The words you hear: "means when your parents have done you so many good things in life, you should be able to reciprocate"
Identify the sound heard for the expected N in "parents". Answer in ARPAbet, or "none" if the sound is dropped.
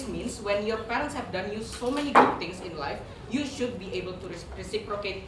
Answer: N